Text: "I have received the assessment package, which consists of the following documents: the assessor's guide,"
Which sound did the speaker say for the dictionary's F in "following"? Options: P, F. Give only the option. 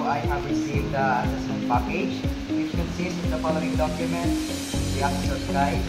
P